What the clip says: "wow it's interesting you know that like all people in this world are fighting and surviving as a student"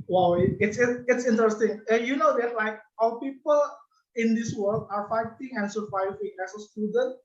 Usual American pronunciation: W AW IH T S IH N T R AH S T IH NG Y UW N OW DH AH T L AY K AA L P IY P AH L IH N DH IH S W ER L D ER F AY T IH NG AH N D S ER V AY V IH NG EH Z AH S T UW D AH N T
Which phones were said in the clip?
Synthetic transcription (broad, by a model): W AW IH T S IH N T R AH S T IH NG Y UW N OW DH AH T L AY K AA W P IY P AH L IH N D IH S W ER L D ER F AY T IH NG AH N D S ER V AY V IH NG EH S AH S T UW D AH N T